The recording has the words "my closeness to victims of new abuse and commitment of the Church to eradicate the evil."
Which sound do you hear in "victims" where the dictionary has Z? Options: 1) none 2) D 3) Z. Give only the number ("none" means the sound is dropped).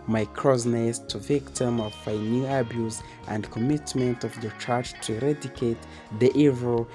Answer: 1